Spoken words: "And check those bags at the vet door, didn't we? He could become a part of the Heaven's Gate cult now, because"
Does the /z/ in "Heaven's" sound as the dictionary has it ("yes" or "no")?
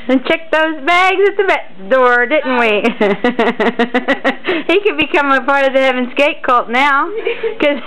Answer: yes